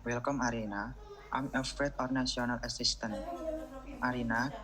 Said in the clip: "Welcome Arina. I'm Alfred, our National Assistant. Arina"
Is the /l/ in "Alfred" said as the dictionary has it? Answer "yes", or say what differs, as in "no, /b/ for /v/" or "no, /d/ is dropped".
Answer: no, /l/ is dropped